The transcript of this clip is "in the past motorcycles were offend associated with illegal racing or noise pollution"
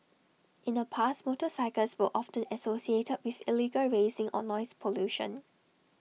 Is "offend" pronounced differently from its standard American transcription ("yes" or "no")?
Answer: yes